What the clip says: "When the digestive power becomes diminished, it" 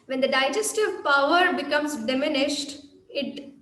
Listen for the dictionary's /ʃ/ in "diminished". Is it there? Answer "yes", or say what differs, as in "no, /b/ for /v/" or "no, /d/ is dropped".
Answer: yes